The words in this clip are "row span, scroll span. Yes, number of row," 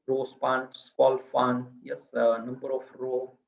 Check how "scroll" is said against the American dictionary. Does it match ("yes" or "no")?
no